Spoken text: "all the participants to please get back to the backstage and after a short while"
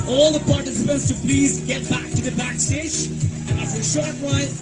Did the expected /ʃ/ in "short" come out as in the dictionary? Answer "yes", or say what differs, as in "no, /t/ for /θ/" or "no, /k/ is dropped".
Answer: yes